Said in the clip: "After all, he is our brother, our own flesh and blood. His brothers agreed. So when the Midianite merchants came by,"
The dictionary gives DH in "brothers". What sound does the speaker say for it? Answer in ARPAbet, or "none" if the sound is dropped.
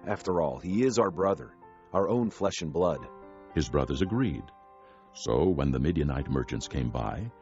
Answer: DH